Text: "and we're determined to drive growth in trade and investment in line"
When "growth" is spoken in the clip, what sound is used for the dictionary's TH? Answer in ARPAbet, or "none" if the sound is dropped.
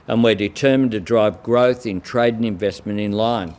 TH